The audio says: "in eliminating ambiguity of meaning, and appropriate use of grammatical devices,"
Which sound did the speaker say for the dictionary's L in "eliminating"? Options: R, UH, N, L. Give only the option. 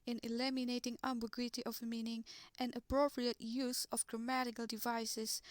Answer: L